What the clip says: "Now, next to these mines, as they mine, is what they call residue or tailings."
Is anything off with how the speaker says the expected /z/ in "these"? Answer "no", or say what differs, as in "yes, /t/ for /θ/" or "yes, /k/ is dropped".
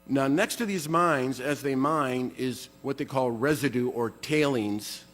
no